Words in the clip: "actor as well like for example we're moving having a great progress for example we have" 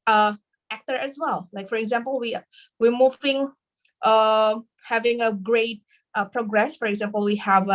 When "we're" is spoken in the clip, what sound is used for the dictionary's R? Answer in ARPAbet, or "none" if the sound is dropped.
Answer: W